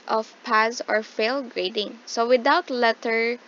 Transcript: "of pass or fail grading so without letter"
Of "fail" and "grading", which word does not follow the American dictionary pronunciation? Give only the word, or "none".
none